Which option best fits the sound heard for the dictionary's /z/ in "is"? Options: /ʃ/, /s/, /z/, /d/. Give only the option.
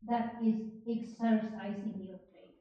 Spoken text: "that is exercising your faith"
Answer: /z/